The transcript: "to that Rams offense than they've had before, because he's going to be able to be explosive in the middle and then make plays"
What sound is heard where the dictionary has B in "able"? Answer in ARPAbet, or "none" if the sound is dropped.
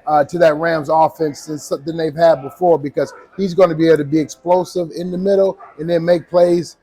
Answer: none